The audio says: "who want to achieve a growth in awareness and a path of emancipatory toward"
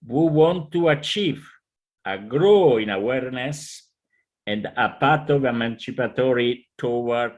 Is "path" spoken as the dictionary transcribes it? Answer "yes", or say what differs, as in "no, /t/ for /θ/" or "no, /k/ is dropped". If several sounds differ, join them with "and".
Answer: no, /t/ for /θ/